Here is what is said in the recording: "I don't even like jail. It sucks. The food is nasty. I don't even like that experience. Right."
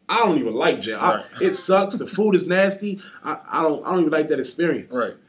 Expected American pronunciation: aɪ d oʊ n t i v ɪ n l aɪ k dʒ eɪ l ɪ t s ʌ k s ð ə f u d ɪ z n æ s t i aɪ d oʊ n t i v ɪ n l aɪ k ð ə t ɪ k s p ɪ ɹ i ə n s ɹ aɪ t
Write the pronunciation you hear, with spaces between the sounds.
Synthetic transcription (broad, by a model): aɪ d oʊ n t i v ɪ n l aɪ k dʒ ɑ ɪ ɪ t s ʌ k s ð ə f u d ɪ z n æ s t i aɪ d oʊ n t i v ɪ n l aɪ k ð ə t ɪ k s p ɪ ɹ i ə n s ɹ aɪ t